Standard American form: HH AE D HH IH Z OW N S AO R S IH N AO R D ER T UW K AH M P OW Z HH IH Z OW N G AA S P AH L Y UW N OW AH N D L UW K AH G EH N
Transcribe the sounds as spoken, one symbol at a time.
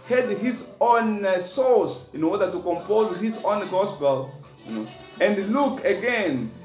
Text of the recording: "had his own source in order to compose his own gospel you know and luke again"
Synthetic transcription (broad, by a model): HH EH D HH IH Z OW N S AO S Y IH N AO W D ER T UW K AH M P OW Z HH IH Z OW N G AA S P AH L Y UW N OW AH N D L UW K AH G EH N